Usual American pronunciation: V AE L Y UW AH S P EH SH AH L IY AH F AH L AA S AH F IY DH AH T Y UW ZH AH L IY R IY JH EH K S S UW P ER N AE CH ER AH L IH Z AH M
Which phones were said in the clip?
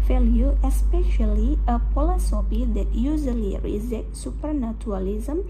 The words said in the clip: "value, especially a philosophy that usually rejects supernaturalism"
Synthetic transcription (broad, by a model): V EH L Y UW AH S P EH SH AH L IY AH P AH L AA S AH P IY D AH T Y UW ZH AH L IY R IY Z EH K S S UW P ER N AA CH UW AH L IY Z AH M